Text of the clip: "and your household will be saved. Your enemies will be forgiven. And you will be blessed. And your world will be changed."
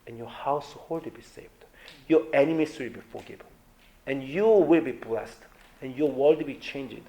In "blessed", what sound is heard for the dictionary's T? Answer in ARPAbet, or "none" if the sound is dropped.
T